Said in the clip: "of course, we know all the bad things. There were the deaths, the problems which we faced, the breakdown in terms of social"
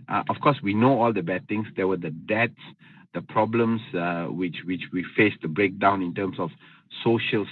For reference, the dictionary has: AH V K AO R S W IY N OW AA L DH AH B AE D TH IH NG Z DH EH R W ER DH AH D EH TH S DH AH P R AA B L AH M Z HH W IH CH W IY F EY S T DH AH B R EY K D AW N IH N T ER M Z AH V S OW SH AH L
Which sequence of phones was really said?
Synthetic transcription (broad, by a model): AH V K AO S W IY N OW AA L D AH B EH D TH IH NG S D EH W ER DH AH D EH T S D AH P R AA B L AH M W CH W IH CH W IY F EY S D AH B R EY K D AW N IH N T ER M S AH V S OW SH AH L